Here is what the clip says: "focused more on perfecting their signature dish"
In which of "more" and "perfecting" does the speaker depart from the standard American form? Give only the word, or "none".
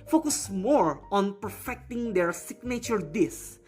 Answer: none